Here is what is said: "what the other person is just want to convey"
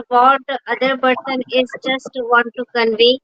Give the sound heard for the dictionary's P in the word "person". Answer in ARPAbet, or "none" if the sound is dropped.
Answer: B